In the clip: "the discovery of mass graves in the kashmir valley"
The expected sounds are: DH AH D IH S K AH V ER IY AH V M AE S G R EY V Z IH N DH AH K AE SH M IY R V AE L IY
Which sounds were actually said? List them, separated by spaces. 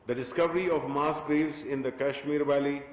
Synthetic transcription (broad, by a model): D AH D IH S K AH V ER IY AH V M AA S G R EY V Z IH N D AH K AE SH M IY R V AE L IY